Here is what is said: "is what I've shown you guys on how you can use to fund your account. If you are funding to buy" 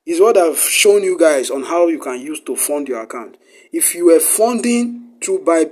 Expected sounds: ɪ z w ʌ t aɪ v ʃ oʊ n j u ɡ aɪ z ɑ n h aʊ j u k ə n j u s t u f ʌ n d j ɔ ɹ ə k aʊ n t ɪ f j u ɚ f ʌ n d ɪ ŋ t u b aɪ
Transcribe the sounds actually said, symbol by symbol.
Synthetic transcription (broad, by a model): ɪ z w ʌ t aɪ v ʃ oʊ n j u ɡ aɪ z ɑ n h aʊ j u k ə n j u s t u f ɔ n d j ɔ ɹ ə k aʊ n t ɪ f j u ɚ f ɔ n d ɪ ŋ t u b aɪ